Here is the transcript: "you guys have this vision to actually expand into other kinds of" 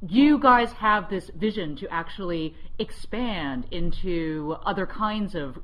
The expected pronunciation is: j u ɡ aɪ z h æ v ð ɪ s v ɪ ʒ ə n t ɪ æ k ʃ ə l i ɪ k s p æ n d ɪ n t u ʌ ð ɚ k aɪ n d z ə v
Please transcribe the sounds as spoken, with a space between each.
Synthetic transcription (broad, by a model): j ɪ ɡ aɪ z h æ v ð ɪ s v ɪ ʒ ə n t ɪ æ k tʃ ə l i ɪ k s p æ n d ɪ n t u ʌ ð ɚ k aɪ n d z ə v